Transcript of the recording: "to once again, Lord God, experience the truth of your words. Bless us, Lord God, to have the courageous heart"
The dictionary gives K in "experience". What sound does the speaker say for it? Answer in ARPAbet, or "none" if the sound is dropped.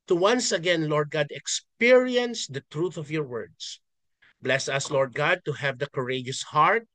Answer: K